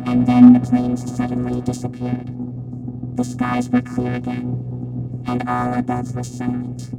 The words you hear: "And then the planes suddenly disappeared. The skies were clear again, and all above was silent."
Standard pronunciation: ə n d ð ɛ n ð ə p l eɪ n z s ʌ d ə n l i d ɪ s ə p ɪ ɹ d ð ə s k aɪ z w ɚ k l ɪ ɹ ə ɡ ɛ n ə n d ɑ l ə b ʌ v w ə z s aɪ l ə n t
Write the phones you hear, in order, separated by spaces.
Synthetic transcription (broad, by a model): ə n ð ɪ n ð ə p l eɪ n z s ʌ d n l i d ɪ s ə p ɪ ɹ d ð ə s k aɪ z w ɚ k l ɪ ɹ ə ɡ ɛ n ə n ɑ l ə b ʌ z w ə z s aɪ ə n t